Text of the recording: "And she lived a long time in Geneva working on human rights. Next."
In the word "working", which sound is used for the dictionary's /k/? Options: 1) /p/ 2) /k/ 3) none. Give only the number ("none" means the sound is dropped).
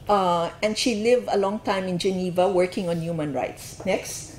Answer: 2